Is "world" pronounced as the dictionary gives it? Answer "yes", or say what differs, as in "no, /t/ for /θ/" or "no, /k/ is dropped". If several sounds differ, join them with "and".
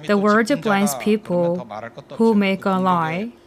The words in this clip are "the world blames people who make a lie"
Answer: no, /l/ is dropped